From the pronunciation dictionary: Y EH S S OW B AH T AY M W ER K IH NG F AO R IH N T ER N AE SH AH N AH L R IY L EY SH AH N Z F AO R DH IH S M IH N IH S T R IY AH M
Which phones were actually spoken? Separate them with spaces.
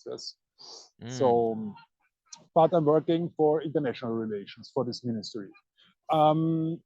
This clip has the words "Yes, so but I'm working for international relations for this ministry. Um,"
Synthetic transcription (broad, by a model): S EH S S OW B AH T AY M W ER K IH NG F AO R IH N T ER N AE SH AH N AH L R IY L EY SH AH N S F AO R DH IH S M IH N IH S T R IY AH M